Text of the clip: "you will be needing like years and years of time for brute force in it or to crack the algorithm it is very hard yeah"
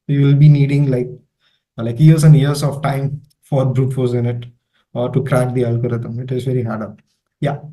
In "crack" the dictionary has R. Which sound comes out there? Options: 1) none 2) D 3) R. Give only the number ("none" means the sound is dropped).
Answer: 3